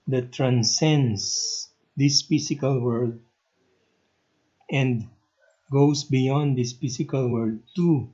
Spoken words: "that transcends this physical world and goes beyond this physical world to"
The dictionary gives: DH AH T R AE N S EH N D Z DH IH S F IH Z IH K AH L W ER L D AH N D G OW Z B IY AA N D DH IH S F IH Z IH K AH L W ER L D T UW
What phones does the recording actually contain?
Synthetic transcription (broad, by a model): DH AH T R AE N S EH N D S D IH S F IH S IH K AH L W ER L D AH N D G OW S B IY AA N D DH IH S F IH S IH K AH L W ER D T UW